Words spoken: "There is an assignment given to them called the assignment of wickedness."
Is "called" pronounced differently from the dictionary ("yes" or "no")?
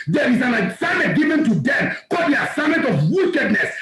yes